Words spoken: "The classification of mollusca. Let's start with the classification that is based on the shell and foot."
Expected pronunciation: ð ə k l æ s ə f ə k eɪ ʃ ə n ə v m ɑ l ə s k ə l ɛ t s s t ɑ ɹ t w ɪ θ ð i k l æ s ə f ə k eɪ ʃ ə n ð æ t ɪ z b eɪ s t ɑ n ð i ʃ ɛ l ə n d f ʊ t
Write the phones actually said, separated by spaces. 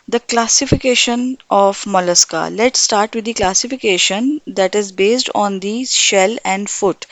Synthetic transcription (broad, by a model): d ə k l æ s ə f ə k eɪ ʃ ə n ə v m ɑ l ə s k ə l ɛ t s s t ɑ ɹ t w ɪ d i k l æ s ə f ə k eɪ ʃ ə n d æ t ɪ z b eɪ s t ɑ n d i ʃ ɛ l ə n d f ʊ t